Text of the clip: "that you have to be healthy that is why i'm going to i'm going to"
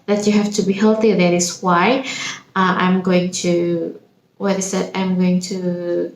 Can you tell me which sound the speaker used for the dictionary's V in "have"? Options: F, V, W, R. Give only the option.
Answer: F